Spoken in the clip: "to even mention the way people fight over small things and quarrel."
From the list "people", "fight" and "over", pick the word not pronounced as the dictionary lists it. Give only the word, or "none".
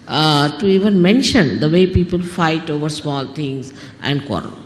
none